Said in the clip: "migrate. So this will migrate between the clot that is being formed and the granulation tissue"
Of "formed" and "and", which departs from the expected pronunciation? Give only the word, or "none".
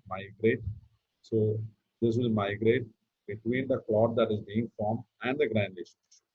formed